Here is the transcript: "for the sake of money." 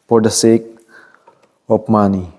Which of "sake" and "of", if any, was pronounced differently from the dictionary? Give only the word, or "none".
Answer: of